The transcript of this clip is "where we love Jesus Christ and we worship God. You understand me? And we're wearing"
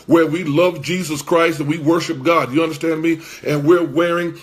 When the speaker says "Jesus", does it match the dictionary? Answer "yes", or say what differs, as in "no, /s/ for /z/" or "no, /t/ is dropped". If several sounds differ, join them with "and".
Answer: yes